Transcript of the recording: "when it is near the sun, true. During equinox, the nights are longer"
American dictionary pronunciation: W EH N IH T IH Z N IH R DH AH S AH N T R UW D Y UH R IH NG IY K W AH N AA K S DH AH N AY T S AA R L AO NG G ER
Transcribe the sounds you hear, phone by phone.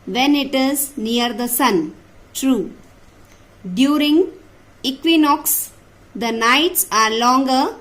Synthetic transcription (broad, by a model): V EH N IH T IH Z N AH R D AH S AH N T R UW D Y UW R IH NG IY K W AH N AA K S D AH N AY T S AA R L AO NG G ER